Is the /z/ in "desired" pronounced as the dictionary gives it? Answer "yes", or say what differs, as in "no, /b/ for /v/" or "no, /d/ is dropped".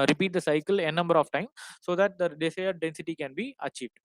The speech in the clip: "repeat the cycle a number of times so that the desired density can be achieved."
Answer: no, /s/ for /z/